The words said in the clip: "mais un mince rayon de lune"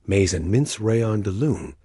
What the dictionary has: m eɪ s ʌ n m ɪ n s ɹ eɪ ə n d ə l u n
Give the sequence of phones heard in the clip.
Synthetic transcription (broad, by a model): m eɪ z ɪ n m ɪ n s ɹ eɪ ə n d ə l u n